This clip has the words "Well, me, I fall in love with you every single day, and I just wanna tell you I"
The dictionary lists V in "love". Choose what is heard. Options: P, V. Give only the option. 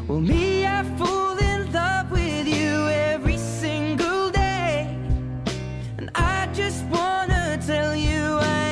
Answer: P